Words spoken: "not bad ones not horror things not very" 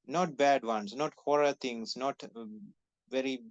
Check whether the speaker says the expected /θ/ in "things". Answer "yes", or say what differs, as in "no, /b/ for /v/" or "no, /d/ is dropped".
no, /t/ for /θ/